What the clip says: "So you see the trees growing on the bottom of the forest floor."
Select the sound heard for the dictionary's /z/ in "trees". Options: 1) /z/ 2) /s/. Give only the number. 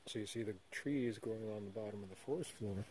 1